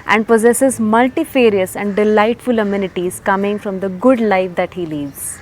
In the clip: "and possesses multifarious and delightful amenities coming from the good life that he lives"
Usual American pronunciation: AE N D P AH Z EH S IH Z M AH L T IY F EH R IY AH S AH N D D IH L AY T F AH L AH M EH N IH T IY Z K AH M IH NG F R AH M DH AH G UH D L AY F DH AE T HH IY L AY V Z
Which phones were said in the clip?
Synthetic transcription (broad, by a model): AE N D P AH Z EH S IH Z M AH L T IY F EH R IY AH S AH N D D IH L AY T F AH L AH M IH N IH T IY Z K AH M IH NG F R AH M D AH G UH D L AY F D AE T HH IY L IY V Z